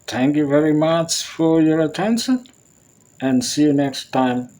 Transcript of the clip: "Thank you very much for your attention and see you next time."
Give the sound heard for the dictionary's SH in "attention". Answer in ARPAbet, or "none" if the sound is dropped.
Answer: SH